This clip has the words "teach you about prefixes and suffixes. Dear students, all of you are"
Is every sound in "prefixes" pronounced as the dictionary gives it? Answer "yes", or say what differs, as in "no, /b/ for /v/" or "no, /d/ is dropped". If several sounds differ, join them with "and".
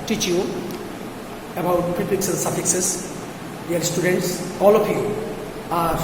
no, /ɹ/ is dropped